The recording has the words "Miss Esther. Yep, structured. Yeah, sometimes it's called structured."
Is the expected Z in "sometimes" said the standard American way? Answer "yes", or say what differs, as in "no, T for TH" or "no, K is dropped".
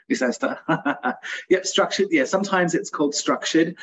yes